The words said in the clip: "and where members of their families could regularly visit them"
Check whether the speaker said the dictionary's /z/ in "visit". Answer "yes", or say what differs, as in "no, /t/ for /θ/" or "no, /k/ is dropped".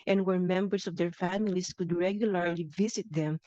no, /s/ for /z/